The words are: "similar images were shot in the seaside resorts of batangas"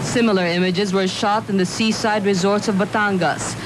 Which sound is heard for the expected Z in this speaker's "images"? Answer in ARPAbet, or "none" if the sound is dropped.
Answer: Z